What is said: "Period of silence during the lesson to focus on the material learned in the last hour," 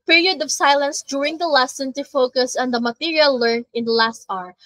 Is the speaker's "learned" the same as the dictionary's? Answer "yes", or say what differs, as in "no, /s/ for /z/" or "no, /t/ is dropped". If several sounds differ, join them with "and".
no, /d/ is dropped